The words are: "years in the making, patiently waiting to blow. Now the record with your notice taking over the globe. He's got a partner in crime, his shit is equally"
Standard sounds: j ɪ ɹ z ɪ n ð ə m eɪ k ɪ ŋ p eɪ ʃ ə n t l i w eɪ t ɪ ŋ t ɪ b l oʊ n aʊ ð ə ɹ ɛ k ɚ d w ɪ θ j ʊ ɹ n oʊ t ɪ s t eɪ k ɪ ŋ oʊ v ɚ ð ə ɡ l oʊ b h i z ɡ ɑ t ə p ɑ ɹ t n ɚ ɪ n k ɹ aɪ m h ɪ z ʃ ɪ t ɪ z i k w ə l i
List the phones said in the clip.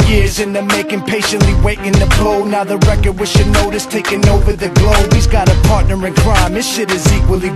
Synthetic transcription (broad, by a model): j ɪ ɹ z ɪ n ð ə m eɪ k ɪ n p eɪ ʃ ə n t l i w eɪ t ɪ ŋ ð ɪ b l oʊ n aʊ ð ə ɹ ɛ k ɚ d w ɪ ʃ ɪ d n oʊ t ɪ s t eɪ k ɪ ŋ oʊ v ɚ ð ə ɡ l oʊ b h i z ɡ ɑ t ə p ɑ ɹ t n ɚ ɪ n k ɹ aɪ m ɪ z ʃ ɪ t ɪ z i k w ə l i